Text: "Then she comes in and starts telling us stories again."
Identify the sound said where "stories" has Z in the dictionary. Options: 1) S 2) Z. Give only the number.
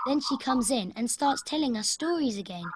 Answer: 2